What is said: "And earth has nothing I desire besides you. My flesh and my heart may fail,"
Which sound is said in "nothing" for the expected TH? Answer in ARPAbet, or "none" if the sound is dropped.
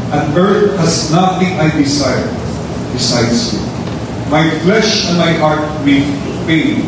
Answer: T